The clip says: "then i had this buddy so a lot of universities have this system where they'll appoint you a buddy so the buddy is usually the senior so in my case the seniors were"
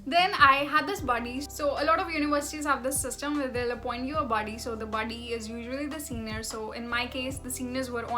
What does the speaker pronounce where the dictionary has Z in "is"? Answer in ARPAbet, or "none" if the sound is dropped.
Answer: Z